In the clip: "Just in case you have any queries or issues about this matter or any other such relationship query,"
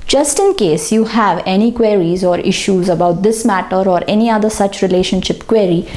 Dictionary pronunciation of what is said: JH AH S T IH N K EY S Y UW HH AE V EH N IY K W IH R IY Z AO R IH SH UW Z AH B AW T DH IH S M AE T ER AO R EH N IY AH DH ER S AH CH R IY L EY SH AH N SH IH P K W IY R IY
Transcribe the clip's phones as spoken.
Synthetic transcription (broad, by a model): JH AH S T IH N K EY S Y UW HH AE V EH N IY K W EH R IY Z AO R IH SH UW Z AH B AW T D IH S M AE T ER AO R EH N IY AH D ER S AH CH R IY L EY SH AH N SH IH P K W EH R IY